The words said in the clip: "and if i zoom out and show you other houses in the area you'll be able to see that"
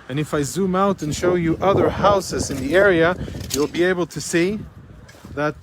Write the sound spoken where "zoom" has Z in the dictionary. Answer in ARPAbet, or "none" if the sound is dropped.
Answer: Z